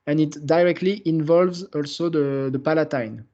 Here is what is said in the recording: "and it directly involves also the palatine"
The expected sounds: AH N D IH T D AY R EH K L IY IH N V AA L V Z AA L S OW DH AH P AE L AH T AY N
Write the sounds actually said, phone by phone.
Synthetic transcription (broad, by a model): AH N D IH T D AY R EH K L IY IH N V AA L V Z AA L S OW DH AH P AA L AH T AY N